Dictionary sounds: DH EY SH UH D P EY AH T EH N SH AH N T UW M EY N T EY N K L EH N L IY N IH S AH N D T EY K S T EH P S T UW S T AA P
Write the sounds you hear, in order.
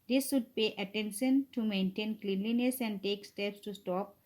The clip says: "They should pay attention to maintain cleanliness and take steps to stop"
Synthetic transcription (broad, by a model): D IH S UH D P EY AH T EH N SH AH N T UW M EY N T EY N K L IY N L IY N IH S AH N D T EY K S T EH P S T UW S T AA P